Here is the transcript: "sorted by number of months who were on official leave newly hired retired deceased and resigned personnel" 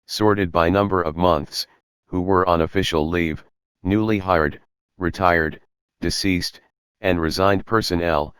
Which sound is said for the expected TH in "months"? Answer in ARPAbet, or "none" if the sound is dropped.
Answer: TH